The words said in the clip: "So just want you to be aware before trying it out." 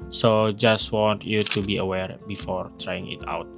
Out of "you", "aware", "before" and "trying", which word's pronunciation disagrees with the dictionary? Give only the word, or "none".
none